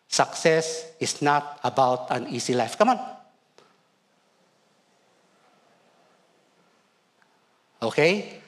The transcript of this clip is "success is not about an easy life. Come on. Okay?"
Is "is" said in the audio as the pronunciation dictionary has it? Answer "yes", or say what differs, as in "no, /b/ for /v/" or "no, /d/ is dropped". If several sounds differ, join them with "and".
no, /s/ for /z/